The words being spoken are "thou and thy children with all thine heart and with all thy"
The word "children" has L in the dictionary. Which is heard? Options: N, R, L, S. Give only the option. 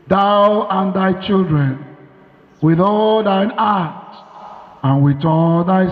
L